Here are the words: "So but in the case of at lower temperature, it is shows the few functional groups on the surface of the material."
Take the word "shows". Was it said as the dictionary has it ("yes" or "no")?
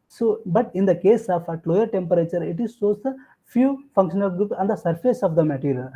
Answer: no